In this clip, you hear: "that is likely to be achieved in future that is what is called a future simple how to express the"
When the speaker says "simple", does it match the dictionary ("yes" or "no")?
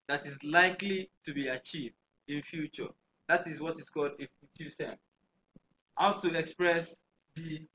no